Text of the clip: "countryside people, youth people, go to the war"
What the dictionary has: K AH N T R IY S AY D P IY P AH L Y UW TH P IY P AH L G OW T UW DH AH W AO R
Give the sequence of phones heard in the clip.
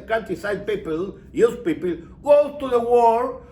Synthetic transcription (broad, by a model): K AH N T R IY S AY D P IY P AH L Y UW S P IY P AH L G OW T UW DH AH W AO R